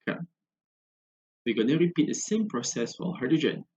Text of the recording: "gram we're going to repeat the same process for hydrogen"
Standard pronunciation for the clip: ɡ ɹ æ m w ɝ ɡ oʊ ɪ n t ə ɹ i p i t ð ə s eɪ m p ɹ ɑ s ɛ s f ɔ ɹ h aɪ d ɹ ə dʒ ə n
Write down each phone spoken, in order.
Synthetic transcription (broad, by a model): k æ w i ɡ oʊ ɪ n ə ɹ i p i t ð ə s eɪ m p ɹ ɑ s ɛ s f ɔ l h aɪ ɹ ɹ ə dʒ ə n